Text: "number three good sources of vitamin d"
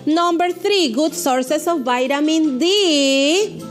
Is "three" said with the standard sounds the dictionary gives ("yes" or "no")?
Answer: no